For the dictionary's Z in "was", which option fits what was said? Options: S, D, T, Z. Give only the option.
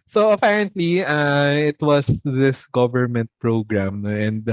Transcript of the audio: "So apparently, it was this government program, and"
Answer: S